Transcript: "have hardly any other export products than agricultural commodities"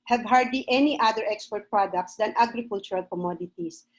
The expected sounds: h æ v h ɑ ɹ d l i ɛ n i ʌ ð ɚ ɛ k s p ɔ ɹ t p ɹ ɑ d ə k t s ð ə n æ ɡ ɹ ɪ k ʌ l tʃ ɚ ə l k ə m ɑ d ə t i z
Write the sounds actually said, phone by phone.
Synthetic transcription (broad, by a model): h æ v h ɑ ɹ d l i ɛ n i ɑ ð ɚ ɛ k s p ɔ ɹ t p ɹ ɑ d ə k t s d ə n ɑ ɡ ɹ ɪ k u l tʃ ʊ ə l k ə m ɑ d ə t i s